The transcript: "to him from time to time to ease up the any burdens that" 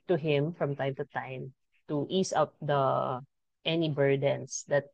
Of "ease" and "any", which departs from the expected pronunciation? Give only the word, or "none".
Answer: ease